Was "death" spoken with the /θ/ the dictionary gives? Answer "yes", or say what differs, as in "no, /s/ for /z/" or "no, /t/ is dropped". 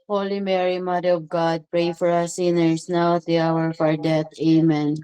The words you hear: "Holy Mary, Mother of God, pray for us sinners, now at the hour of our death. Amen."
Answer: no, /t/ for /θ/